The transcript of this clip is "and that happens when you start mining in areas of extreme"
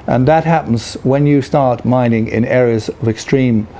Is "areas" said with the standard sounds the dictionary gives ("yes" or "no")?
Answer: yes